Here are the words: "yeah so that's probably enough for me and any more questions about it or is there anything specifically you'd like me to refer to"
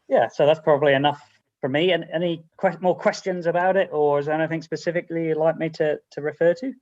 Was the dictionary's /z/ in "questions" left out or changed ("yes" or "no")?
no